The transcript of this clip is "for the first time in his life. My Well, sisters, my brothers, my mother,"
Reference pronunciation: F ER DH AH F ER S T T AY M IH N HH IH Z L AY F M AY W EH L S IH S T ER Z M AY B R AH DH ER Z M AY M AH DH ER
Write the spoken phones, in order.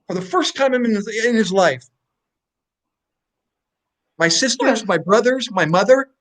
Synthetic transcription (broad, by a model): F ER DH AH F ER S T T AY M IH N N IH Z L AY F M AY S IH S T ER Z M AY B R AH DH ER Z M AY M AH DH ER